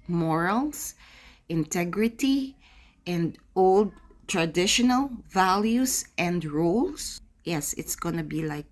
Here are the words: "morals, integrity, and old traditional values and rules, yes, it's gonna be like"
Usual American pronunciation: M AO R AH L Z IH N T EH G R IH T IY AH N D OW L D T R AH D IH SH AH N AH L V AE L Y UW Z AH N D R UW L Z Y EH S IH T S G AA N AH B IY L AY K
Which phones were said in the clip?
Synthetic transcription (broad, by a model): M AO R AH L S IH N T EH G R IH T IY AH N D OW L D T R AH D IH SH AH N AH L V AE L Y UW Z AH N D R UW L S Y EH S IH T S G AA N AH B IY L AY K